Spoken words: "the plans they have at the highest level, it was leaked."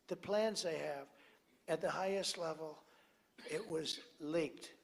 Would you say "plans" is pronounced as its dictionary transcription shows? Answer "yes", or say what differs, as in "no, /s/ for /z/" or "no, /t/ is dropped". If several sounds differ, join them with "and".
yes